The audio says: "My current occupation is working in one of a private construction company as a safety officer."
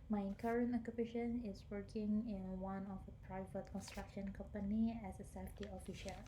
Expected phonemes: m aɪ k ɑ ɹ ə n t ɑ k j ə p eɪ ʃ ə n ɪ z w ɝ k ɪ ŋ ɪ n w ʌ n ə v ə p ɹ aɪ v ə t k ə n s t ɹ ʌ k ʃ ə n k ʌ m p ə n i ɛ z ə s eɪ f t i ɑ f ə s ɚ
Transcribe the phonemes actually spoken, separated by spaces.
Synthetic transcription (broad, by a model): m aɪ k ɑ ɹ ə n t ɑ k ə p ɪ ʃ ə n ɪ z w ɝ k ɪ ŋ ɪ n w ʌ n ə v ə p ɹ aɪ v ə t k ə n s t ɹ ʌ k ʃ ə n k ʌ m p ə n i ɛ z ə s eɪ f t i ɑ f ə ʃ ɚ